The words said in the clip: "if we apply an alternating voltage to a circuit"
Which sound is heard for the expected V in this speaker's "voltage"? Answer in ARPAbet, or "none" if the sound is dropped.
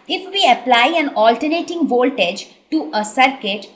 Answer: V